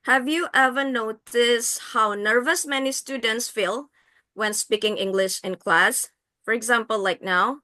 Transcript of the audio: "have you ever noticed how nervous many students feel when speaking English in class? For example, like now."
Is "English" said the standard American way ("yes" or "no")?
yes